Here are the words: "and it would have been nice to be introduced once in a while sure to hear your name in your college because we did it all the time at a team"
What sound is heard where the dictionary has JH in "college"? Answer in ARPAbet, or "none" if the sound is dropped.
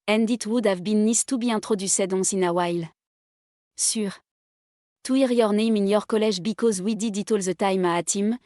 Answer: ZH